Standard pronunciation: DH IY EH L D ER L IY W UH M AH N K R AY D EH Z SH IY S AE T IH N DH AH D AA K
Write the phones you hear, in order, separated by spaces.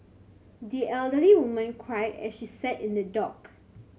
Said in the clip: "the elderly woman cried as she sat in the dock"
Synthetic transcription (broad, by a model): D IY EH L D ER L IY W UH M AH N K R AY EH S SH IY S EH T IH N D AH D AA K